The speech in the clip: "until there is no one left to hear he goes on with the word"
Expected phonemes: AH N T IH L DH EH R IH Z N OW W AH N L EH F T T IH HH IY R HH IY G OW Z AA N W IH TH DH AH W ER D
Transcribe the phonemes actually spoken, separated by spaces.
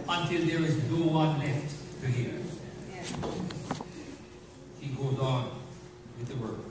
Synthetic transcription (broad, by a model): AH N T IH L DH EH R IH Z N OW W AH N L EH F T T IH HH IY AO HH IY G OW Z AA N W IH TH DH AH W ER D